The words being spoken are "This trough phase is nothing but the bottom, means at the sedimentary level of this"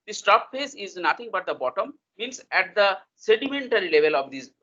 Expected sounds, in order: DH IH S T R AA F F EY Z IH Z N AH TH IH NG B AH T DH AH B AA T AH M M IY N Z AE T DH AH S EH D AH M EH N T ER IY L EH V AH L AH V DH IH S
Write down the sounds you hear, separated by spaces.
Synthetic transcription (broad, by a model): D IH S T AA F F EY S IH Z N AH T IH NG B AH T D AH B AA T AH M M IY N S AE T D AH S EH D AH M EH N T ER IY L EH V AH L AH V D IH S